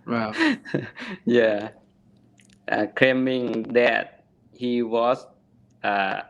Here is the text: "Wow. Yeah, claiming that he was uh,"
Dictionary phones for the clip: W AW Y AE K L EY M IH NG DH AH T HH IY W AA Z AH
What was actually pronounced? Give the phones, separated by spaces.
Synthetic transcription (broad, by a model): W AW Y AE K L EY M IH NG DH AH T HH IY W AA S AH